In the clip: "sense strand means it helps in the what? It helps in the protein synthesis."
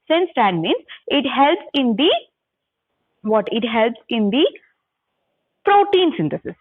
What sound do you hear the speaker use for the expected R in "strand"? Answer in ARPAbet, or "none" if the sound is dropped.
none